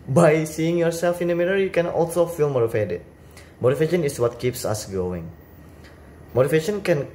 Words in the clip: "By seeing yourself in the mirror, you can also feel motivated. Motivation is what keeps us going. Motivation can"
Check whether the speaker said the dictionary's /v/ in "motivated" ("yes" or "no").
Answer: no